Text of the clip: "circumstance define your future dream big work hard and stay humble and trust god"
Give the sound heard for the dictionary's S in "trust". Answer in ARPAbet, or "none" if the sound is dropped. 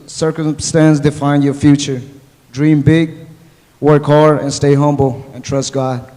S